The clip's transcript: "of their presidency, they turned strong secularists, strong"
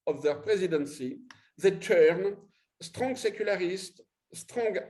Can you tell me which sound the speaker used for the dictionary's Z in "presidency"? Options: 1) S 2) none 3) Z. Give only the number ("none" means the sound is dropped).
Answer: 3